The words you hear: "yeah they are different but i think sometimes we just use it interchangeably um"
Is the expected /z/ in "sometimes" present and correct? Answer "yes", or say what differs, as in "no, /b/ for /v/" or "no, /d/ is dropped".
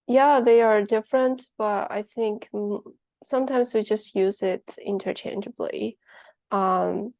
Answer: yes